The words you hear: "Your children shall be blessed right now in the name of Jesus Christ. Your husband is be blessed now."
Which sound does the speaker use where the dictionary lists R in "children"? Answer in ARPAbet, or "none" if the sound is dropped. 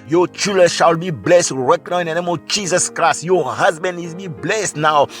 none